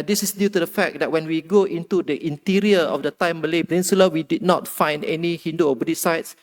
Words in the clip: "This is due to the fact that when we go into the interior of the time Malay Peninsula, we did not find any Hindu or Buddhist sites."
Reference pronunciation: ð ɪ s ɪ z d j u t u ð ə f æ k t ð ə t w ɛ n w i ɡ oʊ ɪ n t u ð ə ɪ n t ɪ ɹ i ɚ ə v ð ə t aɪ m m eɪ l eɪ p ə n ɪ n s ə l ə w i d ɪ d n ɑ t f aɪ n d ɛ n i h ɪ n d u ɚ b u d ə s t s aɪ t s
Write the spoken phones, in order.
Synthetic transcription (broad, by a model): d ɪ s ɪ s d j u t u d ə f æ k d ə t w ɛ n w i ɡ oʊ ɪ n t u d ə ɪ n t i ɹ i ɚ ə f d ə t aɪ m m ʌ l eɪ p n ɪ n s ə l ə w i d ɪ d n ɑ t f aɪ n d ɛ n i h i n d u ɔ b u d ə t s aɪ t s